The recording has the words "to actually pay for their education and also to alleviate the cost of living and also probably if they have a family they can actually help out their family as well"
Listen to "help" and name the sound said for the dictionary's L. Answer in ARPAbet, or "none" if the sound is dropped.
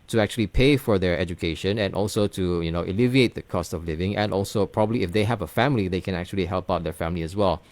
L